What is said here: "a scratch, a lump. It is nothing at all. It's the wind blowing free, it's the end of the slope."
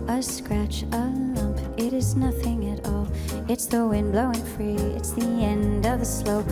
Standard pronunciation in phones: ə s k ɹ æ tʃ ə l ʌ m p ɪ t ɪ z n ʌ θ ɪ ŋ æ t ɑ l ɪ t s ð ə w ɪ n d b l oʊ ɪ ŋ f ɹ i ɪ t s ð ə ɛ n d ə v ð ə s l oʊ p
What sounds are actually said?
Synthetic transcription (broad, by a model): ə s k ɹ æ tʃ ə l ʌ m p ɪ t ɪ z n ʌ θ ɪ ŋ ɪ t ɑ l ɪ t s ð ə w ɪ n b l oʊ ɪ ŋ f ɹ i ɪ t s ð ə ɛ n d ə v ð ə s l oʊ p